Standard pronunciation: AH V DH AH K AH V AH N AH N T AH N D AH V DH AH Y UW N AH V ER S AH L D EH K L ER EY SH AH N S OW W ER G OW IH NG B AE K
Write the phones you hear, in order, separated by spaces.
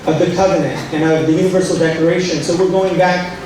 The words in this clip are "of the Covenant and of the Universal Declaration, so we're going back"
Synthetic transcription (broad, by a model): AH V DH AH K AH V AH N AH N T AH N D AH V DH AH Y UW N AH V ER S L D EH K ER EY SH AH N S OW W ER G OW IH NG B AE K